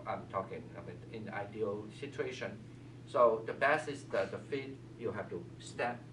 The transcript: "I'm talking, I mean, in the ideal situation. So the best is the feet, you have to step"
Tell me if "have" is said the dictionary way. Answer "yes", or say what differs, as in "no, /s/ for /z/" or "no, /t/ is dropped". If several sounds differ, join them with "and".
no, /f/ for /v/